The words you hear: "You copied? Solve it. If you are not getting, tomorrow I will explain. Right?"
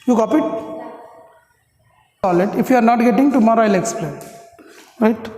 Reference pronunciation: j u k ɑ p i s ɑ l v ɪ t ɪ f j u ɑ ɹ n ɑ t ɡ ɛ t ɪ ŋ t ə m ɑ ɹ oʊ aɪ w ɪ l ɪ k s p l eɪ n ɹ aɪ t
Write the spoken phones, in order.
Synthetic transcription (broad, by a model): j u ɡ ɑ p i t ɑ l ɪ t ɪ f j u ɑ ɹ n ɑ t ɡ ɛ t ɪ ŋ t ə m ɑ ɹ oʊ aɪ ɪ l ɪ k s p l eɪ n ɹ aɪ t